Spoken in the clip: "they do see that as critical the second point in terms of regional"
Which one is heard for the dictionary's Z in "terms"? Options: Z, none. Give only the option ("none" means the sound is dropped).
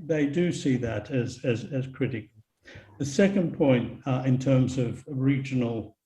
Z